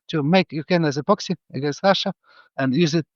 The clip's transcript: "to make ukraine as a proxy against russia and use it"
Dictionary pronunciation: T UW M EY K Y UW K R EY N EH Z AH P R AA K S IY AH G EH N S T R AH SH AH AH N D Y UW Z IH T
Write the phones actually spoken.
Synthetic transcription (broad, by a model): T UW M EY K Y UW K EY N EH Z AH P AA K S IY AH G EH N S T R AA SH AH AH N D Y UW Z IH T